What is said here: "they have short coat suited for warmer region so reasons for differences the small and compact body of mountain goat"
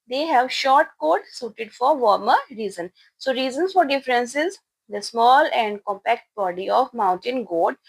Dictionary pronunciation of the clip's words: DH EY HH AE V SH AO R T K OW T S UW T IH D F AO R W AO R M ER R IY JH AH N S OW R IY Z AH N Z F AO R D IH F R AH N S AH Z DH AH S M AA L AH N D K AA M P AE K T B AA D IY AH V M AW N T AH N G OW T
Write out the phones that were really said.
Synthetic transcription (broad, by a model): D EY HH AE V SH AO R T K OW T S UW T IH D F AO R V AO R M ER R IY Z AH N S OW R IY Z AH N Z F AO R D IH F R AH N S AH Z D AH S M AA L AH N D K AA M P AE K T B AA D IY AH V M AW N T AH N G OW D